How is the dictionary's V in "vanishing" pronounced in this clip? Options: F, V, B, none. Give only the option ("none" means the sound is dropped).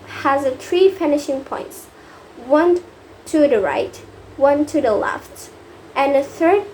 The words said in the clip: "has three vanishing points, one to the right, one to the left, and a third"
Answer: F